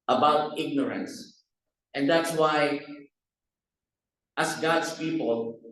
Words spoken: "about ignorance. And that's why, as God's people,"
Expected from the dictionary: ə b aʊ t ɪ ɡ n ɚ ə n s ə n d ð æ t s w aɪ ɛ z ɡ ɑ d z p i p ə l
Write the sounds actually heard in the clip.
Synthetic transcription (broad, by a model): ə b aʊ t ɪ ɡ n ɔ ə n s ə n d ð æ t s w aɪ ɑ s ɡ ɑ d s p i p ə l